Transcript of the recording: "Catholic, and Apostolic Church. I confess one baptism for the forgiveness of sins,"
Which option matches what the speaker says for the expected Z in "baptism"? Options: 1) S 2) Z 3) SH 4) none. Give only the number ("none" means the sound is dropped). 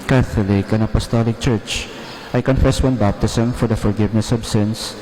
1